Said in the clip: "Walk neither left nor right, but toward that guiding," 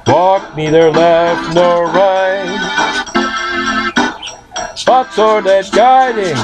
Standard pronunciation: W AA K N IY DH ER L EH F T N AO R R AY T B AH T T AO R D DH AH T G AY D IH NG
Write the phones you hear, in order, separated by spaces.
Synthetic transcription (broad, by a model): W AA K N IY DH ER L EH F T N AO R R AY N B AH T S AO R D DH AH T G AY D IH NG